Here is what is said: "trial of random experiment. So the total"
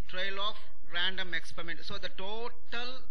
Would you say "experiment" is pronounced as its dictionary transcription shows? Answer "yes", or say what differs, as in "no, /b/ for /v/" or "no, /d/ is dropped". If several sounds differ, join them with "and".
yes